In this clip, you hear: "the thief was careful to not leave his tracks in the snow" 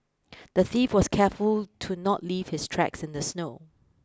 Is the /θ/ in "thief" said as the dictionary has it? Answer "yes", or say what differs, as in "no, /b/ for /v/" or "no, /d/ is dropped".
yes